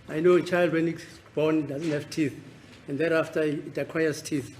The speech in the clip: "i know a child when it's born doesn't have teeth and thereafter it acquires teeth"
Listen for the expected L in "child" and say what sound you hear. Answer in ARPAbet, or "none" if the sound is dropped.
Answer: L